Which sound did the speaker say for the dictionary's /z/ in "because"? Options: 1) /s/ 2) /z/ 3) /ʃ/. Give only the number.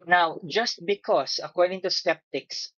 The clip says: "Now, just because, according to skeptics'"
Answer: 1